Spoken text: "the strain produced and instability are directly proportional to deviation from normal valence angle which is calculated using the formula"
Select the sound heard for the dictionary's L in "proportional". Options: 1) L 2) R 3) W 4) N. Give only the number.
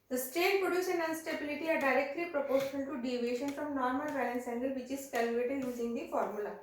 4